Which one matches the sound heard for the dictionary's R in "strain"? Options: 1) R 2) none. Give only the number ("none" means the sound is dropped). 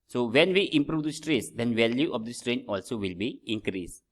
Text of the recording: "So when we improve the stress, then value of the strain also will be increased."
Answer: 1